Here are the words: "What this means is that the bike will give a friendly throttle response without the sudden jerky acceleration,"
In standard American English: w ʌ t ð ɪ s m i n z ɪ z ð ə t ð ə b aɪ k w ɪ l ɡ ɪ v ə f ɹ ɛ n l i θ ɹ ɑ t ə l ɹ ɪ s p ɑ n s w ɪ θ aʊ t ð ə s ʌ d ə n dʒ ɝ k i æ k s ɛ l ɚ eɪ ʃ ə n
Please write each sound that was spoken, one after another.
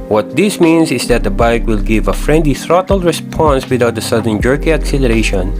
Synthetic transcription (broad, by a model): w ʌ t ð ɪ s m i n s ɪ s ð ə t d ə b aɪ k w ɪ l ɡ ɪ v ə f ɹ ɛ n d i θ ɹ ɑ t ə l ɹ ɪ s p ɑ n s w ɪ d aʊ t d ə s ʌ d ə n dʒ ɝ k i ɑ k s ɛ l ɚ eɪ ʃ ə n